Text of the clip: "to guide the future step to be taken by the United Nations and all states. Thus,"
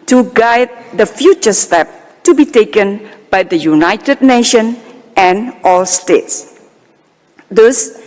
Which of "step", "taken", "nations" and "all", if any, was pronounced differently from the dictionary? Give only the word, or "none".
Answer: nations